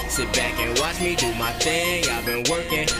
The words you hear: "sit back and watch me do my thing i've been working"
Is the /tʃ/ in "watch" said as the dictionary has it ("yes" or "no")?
yes